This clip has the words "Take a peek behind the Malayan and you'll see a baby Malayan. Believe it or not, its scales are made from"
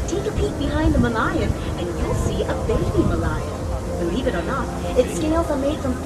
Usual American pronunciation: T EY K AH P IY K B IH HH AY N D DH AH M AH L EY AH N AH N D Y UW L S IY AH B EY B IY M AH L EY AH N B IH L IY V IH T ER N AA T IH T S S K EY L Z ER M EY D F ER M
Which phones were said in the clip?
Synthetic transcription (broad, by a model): T EY K AH P IY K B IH HH AY N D DH AH M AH L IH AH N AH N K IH N S IY AH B EY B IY M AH L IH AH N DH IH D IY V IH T ER N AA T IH T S S K EY L Z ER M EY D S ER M